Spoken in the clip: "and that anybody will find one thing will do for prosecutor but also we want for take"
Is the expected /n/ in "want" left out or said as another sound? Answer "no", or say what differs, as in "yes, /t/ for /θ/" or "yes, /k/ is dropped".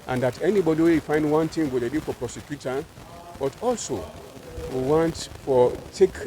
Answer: no